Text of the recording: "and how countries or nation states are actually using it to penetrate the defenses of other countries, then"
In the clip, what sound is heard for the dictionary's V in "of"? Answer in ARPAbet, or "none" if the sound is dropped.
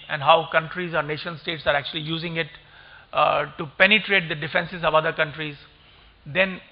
V